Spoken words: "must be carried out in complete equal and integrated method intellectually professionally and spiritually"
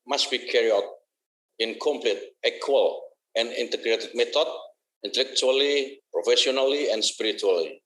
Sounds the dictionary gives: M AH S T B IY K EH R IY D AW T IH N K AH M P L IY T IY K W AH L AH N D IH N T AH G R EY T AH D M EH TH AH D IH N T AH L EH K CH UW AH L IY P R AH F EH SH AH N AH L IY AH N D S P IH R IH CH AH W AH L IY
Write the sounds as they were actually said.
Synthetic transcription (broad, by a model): M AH S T B IY K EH R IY AW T IH N K AH M P L IY T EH K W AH L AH N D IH N T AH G R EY T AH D M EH T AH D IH N T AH L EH K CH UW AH L IY P R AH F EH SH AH N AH L IY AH N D S P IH R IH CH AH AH L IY